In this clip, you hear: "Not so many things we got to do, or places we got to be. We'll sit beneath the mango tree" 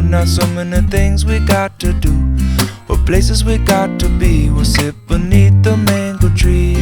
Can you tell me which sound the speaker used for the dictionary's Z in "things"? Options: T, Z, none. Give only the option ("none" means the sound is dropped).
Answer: Z